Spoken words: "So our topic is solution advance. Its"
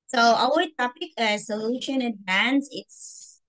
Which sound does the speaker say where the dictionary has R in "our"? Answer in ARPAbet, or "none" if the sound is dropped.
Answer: W